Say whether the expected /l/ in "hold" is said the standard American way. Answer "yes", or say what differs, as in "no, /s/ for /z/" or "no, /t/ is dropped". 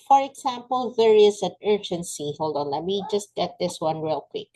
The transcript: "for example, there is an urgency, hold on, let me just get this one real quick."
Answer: yes